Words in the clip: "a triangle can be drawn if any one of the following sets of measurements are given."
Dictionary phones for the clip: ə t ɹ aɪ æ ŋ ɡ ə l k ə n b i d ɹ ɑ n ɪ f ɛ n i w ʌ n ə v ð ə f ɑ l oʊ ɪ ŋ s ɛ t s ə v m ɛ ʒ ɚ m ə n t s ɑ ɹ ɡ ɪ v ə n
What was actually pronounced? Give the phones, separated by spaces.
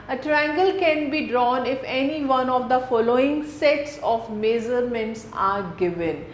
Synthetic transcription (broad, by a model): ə t ɹ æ ŋ ɡ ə l k ə n b i d ɹ ɑ n ɪ f ɛ n i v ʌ n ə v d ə f ɑ l oʊ ɪ ŋ s ɛ t s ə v m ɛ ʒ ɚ m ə n t s ɑ ɹ ɡ ɪ v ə n